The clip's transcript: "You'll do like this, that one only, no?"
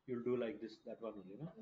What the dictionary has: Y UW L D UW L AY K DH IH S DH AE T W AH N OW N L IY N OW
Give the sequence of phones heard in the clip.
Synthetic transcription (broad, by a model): Y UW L D UW L AY K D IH S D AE T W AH N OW L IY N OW